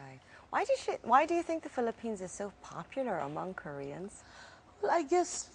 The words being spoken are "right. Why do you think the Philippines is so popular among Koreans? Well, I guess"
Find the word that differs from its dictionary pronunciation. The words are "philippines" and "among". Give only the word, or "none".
none